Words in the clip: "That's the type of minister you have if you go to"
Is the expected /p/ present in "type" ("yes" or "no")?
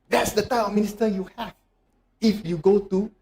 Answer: no